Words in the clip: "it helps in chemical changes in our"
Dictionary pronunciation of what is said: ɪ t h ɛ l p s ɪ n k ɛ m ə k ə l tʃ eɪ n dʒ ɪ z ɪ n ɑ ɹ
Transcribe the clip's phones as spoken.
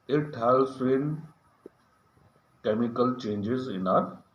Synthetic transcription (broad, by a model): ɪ t h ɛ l s ɪ n k ɛ m ə k ə l tʃ eɪ n dʒ ɪ z ɪ n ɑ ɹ